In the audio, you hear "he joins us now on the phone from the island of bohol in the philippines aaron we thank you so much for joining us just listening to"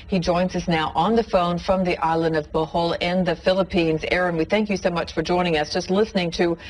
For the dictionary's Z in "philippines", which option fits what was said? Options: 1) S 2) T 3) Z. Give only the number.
3